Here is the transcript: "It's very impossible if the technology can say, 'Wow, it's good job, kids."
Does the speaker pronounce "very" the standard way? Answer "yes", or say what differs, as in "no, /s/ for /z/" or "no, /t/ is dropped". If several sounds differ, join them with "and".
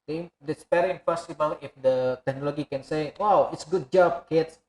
no, /p/ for /v/